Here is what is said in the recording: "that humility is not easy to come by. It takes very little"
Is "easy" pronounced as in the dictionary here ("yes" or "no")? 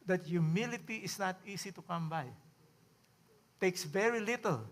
no